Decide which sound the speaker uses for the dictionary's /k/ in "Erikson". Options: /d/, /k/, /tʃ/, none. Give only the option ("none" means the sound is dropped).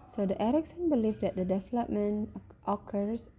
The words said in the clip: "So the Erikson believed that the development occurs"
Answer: /k/